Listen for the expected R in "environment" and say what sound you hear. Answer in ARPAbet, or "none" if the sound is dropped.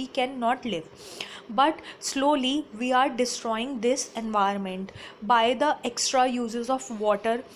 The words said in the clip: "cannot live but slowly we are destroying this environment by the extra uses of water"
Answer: none